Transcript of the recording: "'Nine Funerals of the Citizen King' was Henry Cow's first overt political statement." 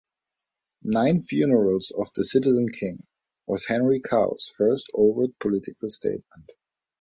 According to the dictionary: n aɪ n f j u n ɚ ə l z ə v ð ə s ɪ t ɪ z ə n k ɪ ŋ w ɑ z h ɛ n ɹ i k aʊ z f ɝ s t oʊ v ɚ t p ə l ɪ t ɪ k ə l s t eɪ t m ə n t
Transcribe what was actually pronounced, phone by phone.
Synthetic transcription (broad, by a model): n aɪ n f j u n ɚ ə l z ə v ð ə s ɪ t ɪ z ə n k ɪ ŋ w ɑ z h ɛ n ɹ i k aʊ s f ɝ s t oʊ v ɚ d p ə l ɪ t ɪ k ə l s t eɪ t m ə n t